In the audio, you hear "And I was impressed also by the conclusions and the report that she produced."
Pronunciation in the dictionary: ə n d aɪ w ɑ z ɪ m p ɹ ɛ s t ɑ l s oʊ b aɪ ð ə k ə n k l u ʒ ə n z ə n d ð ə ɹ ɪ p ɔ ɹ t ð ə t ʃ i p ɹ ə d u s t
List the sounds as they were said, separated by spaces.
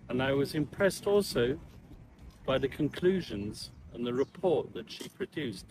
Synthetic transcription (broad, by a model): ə n aɪ w ɑ z ɪ m p ɹ ɛ s t ɑ l s oʊ b aɪ ð ə k ə n k l u ʒ ə n z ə n ð ə ɹ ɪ p ɔ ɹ t ð ə t ʃ i p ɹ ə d u s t